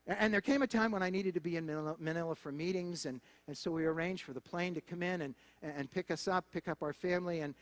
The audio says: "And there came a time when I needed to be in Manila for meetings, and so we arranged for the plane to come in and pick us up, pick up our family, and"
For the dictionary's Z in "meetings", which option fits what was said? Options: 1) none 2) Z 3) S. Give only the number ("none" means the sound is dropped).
2